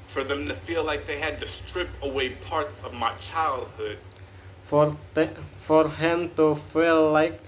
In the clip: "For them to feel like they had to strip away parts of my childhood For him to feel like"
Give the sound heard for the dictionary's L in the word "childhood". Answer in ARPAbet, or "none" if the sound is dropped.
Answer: L